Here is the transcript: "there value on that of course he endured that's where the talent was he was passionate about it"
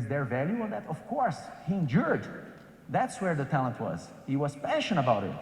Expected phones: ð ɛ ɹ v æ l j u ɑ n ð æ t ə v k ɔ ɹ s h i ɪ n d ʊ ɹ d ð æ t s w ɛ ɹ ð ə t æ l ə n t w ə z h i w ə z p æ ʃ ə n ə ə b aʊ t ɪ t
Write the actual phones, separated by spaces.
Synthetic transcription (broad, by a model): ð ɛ ɹ v æ l j u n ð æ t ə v k ɔ ɹ s h i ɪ n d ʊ ɹ d ð æ t s w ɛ ɹ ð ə t æ l ə n t w ə z h i w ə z p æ ʃ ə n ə ə b aʊ t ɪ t